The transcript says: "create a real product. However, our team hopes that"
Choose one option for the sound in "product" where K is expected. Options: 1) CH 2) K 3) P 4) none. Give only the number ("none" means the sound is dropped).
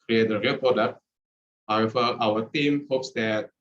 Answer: 4